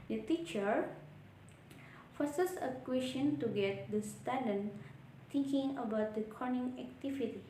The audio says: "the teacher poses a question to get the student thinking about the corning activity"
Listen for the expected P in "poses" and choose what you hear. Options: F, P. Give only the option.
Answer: F